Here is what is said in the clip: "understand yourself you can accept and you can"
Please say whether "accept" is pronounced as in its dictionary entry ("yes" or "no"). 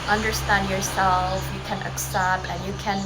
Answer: no